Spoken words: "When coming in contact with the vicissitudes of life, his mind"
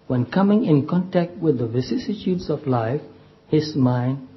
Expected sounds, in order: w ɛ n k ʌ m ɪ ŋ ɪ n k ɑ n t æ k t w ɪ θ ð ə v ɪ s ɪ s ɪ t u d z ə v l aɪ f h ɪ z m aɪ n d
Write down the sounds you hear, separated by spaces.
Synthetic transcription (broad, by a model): w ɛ n k ʌ m ɪ ŋ ɪ n k ɑ n t æ k t w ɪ ð ə v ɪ s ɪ s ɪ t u d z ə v l aɪ f h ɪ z m aɪ n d